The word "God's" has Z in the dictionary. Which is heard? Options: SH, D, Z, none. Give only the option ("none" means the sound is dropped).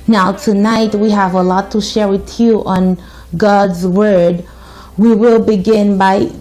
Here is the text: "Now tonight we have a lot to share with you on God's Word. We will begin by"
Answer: Z